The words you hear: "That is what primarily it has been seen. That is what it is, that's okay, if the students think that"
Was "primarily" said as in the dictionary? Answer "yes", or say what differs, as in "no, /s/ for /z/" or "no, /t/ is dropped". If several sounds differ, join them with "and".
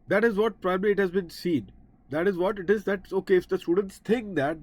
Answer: no, /m/ is dropped